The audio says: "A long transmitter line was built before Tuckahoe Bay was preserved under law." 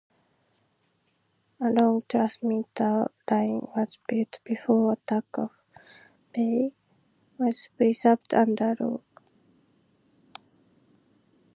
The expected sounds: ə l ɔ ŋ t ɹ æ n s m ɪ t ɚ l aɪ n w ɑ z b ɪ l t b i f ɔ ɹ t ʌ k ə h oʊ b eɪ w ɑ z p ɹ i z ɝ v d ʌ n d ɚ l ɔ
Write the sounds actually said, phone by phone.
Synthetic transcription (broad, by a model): ə l ɔ ŋ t ɹ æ s m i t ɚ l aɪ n w ɑ z b ɪ l t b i f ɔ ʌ t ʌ k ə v b eɪ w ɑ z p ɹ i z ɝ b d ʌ n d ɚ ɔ